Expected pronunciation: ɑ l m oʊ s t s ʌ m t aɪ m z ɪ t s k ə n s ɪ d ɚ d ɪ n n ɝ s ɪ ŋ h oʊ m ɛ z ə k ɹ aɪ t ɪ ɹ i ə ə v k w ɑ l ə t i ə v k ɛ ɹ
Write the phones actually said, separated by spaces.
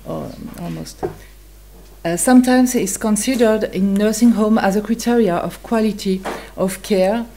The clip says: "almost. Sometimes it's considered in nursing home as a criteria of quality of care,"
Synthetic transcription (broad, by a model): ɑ l m oʊ s t s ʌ m t aɪ m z ɪ t s k ə n s ɪ d ɚ d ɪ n n ɝ s ɪ ŋ h oʊ m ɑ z ə k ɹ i t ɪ ɹ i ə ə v k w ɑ l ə t i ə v k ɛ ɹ